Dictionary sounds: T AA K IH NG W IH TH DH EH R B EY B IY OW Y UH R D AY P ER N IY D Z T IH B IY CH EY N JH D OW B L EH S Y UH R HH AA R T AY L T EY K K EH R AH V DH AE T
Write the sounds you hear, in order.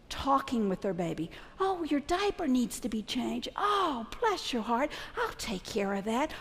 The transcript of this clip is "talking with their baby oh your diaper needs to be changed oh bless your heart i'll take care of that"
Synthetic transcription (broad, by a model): T AA K IH NG W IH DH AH R B EY B IY OW Y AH R D AY P ER N IY D Z T IH B IY CH EY N JH D OW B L EH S Y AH R HH AA R T AY L T EY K K EH R AH V DH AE T